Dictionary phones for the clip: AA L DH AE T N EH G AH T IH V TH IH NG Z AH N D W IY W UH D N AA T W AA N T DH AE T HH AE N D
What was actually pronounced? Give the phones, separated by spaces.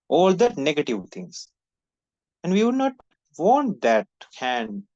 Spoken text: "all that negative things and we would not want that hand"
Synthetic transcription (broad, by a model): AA L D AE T N EH G AH T IH V T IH NG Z AH N D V IY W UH D N AA T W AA N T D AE T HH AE N D